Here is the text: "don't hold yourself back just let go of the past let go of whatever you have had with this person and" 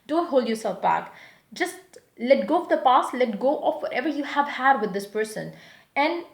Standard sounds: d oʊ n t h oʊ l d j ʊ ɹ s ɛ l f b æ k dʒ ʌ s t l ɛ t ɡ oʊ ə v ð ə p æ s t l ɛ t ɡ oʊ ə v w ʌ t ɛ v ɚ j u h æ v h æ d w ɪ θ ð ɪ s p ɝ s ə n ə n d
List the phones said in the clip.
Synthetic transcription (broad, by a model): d oʊ n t h oʊ l d j ʊ ɹ s ɛ l f b æ k dʒ ʌ s t l ɛ t ɡ oʊ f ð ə p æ s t l ɛ t ɡ oʊ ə f w ʌ t ɛ v ɚ j u h æ v h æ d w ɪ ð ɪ s p ɝ s ə n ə n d